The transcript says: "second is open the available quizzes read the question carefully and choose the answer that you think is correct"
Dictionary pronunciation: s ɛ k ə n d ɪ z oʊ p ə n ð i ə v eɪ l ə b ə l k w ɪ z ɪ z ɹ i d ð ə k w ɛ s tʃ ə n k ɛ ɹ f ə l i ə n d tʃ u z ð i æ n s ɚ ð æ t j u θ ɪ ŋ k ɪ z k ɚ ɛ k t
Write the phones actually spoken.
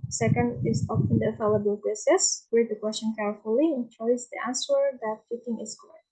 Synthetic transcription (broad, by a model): s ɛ k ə n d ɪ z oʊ f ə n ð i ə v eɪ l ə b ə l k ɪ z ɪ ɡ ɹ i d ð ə k w ɛ s tʃ ə n k ɛ ɹ f ə l i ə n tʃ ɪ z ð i æ n s ɚ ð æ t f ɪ t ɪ ŋ ɪ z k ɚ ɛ